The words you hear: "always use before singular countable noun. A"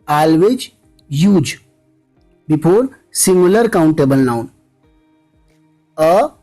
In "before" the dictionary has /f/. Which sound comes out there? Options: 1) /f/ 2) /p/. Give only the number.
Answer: 2